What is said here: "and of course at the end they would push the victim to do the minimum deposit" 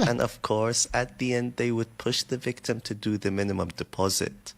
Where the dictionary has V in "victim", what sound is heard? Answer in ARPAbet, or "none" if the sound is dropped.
V